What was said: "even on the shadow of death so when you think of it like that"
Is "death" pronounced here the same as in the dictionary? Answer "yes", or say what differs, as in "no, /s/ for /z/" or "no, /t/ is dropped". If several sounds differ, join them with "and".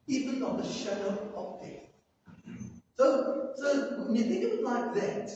no, /s/ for /θ/